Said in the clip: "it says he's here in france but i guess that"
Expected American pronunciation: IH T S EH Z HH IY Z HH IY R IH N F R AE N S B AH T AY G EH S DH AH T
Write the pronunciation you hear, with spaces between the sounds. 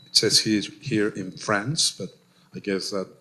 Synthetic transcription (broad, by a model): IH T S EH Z HH IY Z HH IY R IH N F R AE N S B AH T AY G EH S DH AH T